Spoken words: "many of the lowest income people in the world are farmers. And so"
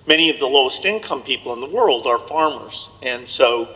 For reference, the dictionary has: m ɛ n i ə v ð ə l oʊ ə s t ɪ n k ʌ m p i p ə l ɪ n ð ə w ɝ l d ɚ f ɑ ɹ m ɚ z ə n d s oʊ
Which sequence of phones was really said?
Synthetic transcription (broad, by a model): m ɛ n i ə v ð ə l oʊ ə s t ɪ n k ʌ m p i p l ɪ n ð ə w ɝ l d ɚ f ɑ ɹ m ɚ z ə n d s oʊ